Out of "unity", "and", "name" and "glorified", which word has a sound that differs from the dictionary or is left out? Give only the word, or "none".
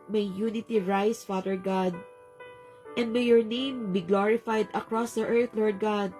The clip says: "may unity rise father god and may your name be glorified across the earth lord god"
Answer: none